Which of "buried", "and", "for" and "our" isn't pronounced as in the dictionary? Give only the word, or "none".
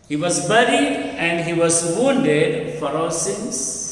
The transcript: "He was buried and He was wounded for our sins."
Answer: our